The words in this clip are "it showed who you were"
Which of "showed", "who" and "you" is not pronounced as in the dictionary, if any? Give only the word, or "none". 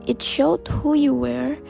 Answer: none